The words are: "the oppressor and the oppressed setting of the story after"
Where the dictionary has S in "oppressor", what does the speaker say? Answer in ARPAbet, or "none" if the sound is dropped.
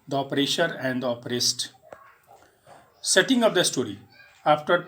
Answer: SH